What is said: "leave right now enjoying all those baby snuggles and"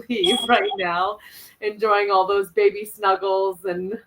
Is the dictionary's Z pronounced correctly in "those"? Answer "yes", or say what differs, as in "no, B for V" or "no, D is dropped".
yes